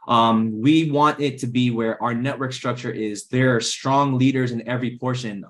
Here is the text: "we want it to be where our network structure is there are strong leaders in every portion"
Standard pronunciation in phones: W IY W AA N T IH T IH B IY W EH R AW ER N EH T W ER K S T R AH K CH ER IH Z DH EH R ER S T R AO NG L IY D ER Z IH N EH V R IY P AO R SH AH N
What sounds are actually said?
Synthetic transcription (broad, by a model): W IY W AA N T IH T IH B IY W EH R AW ER N EH T W ER K S T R AH K CH ER IH Z DH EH R S T R AO NG L IY D ER Z IH N EH V R IY P AO R SH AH N